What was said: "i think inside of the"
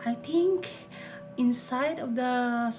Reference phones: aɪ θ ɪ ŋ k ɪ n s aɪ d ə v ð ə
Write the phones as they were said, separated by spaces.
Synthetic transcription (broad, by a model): aɪ t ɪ ŋ k ɪ n s aɪ d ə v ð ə